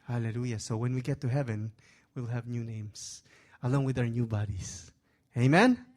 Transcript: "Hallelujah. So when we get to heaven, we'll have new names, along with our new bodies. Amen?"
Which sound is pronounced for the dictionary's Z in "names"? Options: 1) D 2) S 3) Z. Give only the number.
2